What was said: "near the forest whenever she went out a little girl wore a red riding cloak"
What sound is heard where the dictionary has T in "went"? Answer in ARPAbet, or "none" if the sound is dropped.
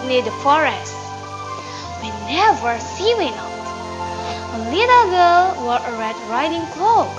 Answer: none